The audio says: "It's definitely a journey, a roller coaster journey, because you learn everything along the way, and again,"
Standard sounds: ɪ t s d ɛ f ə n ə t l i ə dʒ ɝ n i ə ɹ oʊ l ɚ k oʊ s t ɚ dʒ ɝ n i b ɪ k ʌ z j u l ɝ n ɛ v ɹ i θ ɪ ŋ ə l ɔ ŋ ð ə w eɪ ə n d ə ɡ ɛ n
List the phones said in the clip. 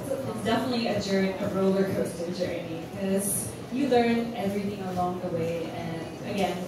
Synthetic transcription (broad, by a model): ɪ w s d ɛ f ə n ə t l i ə dʒ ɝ i ə ɹ oʊ l ɚ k oʊ s t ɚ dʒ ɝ i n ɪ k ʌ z j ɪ l ɝ n ɛ v ɹ i θ ɪ ŋ ə l ɔ ŋ ð ə w eɪ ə n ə ɡ ɛ n